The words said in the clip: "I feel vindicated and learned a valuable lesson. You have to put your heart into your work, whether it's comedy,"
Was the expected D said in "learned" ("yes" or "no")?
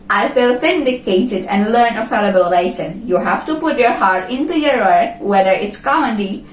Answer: no